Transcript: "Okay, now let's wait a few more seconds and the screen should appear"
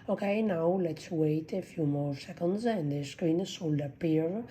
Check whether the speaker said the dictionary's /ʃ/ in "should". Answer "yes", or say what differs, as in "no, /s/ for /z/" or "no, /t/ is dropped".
no, /s/ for /ʃ/